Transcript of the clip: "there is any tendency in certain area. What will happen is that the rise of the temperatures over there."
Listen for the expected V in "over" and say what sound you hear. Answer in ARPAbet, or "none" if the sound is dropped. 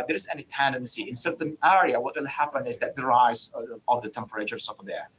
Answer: F